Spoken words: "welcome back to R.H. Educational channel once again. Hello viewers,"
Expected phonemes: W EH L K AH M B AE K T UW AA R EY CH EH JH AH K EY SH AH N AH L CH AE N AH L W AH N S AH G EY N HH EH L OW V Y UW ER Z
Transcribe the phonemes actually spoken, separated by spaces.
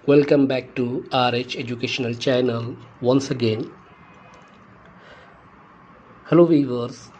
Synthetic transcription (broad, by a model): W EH L K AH M B AE K T UW AA R EY CH EH JH AH K EY SH AH N AH L CH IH N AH L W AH N S AH G EY N HH EH L OW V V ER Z